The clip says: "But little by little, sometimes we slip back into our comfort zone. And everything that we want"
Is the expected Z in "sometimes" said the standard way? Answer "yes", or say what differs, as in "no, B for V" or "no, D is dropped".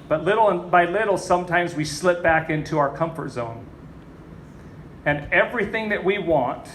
yes